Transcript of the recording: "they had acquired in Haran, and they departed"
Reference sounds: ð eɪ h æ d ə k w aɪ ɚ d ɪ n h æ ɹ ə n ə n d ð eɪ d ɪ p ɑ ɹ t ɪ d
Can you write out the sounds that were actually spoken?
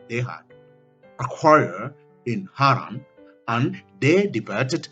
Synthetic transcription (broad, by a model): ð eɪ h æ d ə k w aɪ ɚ ɪ n h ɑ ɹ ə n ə n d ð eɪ d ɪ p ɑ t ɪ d